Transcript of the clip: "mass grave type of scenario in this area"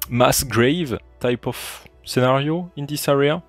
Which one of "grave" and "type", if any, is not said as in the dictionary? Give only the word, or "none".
none